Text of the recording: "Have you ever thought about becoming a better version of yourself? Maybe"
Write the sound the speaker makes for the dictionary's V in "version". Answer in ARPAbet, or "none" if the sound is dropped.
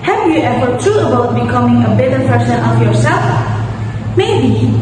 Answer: P